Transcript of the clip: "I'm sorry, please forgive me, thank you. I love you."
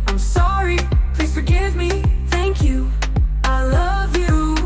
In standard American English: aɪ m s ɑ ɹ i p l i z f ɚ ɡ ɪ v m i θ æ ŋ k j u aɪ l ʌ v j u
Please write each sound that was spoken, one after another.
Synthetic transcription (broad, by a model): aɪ m s ɑ ɹ i p l i z f ɚ ɡ ɪ v m i θ æ ŋ k j u aɪ l ʌ v j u